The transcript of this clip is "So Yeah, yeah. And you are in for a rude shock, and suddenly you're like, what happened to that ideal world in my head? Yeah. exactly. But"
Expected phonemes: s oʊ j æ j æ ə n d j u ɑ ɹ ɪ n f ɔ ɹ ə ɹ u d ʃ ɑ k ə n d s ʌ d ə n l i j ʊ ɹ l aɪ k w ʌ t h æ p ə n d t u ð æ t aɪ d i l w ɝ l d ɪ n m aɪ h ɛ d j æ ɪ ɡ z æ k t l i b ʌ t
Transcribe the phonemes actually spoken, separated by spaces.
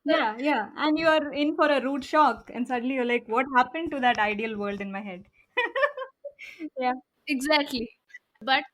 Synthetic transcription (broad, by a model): j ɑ j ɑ ə n d j u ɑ ɹ ɪ n f ɔ ɹ ə ɹ u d ʃ ɑ k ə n s ʌ d ə n l i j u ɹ l aɪ k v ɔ t h æ p ə n d t u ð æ t aɪ d i l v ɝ l d ɪ n m aɪ h ɛ d j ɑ ɪ ɡ z æ k t l i b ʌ t